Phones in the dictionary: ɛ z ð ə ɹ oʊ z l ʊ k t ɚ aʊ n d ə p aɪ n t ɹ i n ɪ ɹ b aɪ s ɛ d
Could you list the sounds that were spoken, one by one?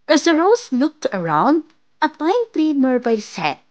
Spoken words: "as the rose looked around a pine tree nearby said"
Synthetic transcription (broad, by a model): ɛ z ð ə ɹ oʊ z l ʊ k t ɚ aʊ n d ə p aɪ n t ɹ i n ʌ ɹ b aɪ s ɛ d